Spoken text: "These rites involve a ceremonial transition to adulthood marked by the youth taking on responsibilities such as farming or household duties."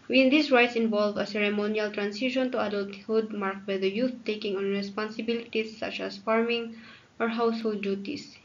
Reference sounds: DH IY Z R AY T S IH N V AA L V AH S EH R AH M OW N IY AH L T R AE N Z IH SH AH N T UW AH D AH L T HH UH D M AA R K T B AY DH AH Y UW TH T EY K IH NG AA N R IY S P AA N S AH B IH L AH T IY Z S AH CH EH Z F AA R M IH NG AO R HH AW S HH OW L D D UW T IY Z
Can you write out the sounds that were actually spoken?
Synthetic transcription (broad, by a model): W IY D R AY T S IH N V AA L V AH S EH R AH M OW N IY AH L T R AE N S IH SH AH N T UW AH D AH L T HH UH D M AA R K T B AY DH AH Y UW TH T EY K IH NG AA N R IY S P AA N S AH B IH L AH T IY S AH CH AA S F AA R M IH NG AO R HH AW S HH OW L D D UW T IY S